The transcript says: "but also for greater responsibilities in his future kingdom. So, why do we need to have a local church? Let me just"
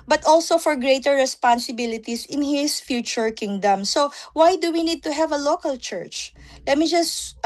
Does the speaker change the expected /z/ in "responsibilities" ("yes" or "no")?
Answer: yes